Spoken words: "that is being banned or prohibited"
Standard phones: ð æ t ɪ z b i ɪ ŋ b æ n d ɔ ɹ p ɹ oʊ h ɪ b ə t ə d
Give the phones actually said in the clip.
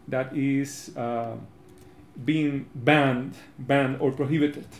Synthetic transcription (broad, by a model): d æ t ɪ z b i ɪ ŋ b æ n d ɔ ɹ p ɹ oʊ h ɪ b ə t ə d